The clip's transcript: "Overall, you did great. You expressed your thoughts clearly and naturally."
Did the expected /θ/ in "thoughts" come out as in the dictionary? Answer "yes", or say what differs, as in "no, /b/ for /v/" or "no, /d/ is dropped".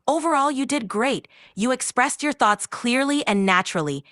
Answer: yes